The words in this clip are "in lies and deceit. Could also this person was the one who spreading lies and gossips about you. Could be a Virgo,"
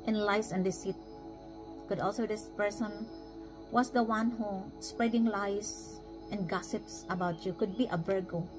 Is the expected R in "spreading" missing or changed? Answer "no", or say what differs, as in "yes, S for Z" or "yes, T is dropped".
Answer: no